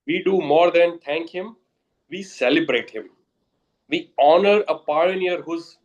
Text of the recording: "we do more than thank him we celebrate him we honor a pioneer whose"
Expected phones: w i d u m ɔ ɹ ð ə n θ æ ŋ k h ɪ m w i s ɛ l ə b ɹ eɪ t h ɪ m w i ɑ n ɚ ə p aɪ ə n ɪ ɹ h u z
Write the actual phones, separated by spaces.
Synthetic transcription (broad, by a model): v i d u m ɔ ɹ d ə n t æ ŋ k h ɪ m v i s ɛ l ə b ɹ eɪ t h ɪ m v i ɑ n ɚ ə p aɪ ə n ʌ ɹ h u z